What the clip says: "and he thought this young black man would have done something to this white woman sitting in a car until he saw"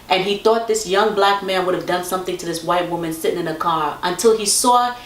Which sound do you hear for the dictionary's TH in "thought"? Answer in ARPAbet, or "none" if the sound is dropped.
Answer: TH